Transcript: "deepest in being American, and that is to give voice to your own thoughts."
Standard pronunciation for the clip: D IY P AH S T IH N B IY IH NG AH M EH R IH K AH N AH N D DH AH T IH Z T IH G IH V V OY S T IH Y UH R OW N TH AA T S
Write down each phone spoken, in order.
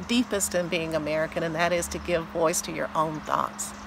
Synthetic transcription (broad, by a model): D IY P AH S T IH N B IY IH NG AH M EH R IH K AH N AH N DH AH T IH Z T IH G IH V V OY S T IH Y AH R OW N TH AA T S